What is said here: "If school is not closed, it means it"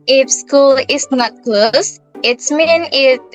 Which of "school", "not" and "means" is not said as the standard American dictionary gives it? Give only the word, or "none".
means